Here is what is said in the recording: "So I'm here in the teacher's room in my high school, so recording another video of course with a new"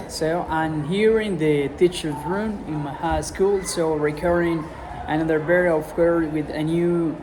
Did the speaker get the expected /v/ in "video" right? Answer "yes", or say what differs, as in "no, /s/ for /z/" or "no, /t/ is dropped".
no, /b/ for /v/